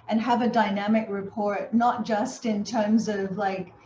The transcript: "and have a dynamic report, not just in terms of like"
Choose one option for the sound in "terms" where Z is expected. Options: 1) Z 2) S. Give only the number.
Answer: 1